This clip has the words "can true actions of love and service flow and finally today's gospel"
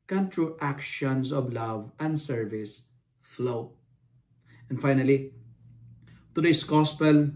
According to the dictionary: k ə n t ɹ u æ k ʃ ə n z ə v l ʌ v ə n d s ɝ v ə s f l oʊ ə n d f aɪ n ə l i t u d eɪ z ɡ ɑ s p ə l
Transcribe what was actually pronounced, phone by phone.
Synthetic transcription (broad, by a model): k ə n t ɹ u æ k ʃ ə n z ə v l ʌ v ə n d s ɝ v ə s f l oʊ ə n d f aɪ n ə l i t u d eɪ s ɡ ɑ s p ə l